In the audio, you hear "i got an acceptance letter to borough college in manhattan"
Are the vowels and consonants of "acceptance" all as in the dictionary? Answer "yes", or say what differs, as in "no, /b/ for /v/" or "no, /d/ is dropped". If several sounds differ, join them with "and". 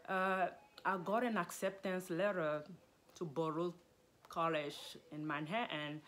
yes